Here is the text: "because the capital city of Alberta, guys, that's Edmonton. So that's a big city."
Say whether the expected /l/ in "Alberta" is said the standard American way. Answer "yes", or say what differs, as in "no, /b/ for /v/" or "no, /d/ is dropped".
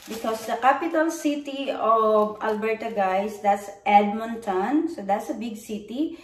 yes